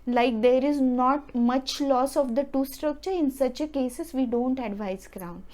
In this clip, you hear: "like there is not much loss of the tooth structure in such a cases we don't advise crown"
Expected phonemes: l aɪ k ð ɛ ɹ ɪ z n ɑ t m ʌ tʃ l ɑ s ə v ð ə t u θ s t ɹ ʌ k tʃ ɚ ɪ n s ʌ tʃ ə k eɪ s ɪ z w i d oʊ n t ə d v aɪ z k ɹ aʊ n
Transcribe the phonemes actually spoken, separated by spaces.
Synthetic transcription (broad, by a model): l aɪ k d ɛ ɹ ɪ z n ɑ t m ʌ tʃ l ɑ s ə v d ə t u s t ɹ ʌ k tʃ ɚ ɪ n s ʌ tʃ ə k eɪ s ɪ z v i d oʊ n t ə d v aɪ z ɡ ɹ aʊ n